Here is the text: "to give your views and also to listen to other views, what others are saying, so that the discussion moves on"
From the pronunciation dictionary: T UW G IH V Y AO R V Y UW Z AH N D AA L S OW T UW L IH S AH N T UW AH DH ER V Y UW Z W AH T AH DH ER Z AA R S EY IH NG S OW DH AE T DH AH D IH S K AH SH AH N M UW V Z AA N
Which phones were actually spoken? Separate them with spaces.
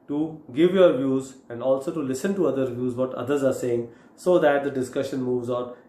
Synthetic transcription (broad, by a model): T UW G IH V Y AO R V Y UW Z AH N D AA L S OW T UW L IH S AH N T UW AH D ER V Y UW Z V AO T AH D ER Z AA R S EY IH NG S OW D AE T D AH D IH S K AH SH AH N M UW V Z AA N